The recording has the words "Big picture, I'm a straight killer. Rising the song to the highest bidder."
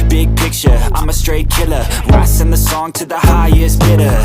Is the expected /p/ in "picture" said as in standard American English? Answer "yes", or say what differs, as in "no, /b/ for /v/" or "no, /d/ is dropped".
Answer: yes